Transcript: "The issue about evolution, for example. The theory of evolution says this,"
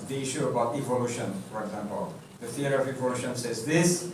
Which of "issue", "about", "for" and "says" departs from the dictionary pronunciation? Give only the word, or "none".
none